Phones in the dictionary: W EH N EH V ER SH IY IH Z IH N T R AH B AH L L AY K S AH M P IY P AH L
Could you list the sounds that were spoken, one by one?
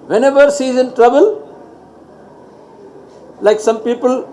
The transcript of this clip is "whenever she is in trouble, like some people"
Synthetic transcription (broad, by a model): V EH N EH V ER S IY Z IH N T R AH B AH L L AY K S AH M P IY P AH L